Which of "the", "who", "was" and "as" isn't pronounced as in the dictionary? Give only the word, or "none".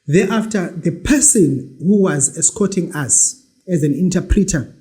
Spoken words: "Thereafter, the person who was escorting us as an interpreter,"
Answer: none